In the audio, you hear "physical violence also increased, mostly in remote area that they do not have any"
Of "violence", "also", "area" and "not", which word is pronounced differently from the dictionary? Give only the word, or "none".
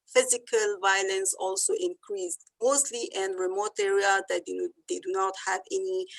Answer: none